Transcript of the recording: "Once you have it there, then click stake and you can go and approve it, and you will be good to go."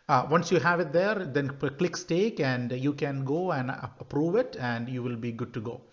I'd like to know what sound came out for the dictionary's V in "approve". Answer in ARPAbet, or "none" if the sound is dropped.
V